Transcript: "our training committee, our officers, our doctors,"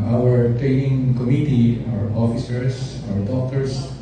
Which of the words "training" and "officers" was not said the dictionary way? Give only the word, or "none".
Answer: officers